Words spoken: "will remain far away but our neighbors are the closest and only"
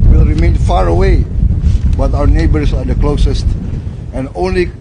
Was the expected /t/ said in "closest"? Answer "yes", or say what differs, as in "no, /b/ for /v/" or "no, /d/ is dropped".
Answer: yes